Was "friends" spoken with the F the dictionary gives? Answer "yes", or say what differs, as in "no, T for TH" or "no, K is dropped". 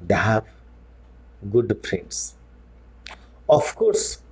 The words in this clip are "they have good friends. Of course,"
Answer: no, P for F